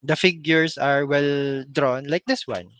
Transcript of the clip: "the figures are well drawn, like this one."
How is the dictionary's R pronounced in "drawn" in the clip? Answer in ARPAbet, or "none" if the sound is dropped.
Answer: R